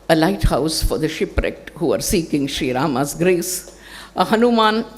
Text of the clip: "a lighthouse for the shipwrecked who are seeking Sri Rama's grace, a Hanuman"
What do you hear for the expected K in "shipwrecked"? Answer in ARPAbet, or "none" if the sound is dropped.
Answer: K